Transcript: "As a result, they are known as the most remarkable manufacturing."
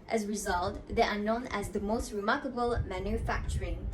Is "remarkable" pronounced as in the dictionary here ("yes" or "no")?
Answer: yes